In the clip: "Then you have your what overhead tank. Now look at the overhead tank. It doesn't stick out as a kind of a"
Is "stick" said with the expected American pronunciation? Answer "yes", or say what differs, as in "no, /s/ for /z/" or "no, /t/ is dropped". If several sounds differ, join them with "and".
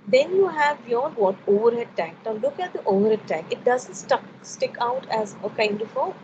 yes